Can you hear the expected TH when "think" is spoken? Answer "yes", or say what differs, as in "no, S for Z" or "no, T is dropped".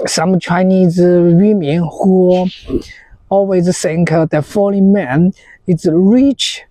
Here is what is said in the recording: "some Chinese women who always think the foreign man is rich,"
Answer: no, S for TH